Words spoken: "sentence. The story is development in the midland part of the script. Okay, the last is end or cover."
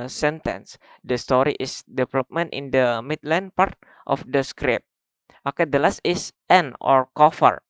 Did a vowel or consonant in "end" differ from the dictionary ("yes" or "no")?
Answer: yes